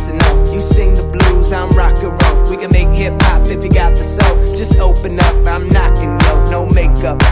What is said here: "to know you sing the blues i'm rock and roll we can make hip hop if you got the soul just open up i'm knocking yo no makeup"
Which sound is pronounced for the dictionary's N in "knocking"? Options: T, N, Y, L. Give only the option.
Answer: N